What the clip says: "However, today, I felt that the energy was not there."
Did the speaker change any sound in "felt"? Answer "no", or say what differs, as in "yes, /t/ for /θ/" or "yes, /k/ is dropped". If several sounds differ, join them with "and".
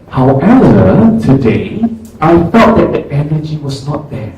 yes, /l/ is dropped